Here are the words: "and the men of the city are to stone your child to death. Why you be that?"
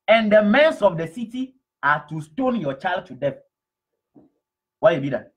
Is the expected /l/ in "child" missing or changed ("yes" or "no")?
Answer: no